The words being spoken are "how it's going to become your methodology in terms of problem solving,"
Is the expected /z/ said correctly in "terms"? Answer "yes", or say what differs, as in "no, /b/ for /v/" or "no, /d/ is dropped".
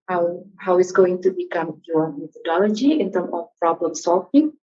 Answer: no, /z/ is dropped